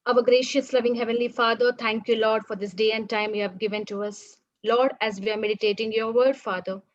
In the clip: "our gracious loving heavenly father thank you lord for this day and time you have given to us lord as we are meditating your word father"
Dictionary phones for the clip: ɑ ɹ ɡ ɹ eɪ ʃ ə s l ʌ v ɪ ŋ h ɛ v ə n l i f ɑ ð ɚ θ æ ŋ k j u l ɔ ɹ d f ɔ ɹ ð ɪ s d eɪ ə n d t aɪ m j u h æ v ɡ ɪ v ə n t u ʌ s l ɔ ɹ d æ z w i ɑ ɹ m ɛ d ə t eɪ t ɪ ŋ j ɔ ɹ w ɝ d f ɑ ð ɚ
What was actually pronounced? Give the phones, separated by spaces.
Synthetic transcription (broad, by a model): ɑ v ɡ ɹ eɪ ʃ ə s l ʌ v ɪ ŋ h ɛ v ə n l i f ɑ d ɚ t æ ŋ k j u l ɔ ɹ d f ɔ ɹ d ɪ s d eɪ ə n d t aɪ m j u h æ v ɡ ɪ v ə n t u ʌ s l ɔ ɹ d æ z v i ɑ ɹ m ɛ d ə t eɪ t ɪ ŋ j ɔ ɹ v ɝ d f ɑ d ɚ